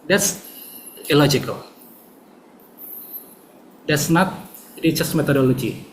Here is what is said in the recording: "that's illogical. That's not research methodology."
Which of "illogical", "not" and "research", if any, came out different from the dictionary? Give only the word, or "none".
research